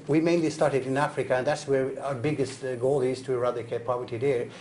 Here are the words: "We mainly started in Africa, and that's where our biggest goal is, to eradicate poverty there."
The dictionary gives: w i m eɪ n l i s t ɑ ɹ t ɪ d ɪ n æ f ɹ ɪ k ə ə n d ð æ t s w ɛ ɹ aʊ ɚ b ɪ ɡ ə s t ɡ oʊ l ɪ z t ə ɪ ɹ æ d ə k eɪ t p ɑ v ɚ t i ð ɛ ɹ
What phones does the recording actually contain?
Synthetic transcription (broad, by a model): w i m eɪ n l i s t ɑ ɹ t ɪ d ɪ n æ f ɹ ɪ k ə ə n ð æ t s w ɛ ɹ aʊ ɚ b ɪ ɡ ə s t ɡ oʊ l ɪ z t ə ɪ ɹ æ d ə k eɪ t p ɑ v ɚ t i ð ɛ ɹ